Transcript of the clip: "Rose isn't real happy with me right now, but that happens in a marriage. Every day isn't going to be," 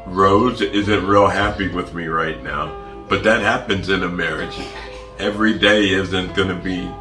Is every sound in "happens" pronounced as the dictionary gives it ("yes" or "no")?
yes